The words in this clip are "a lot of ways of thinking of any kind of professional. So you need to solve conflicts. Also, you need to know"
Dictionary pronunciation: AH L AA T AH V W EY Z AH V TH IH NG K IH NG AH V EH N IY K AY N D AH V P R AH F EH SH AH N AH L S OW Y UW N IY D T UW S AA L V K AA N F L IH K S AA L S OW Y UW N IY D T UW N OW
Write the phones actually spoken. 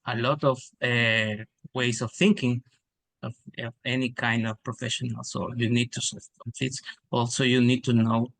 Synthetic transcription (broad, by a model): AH L AA T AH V W EY S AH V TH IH NG K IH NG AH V EH N IY K AY N D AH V P R AH F EH SH AH N AH L S OW Y UW N IY D T UW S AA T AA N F IH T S AA L S OW Y UW N IY D T UW N OW